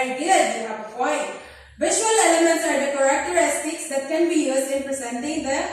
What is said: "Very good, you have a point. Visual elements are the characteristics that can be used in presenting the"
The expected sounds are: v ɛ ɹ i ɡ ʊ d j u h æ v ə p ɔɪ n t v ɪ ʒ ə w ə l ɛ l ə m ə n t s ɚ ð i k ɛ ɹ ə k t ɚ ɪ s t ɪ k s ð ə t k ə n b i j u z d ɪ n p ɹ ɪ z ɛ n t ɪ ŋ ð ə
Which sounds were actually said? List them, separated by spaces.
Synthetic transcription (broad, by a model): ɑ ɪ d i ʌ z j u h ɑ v ə f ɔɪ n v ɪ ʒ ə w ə l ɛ l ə m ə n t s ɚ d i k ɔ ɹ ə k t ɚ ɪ s t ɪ k s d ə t k ə n b i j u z ɪ n p ɹ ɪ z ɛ n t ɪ ŋ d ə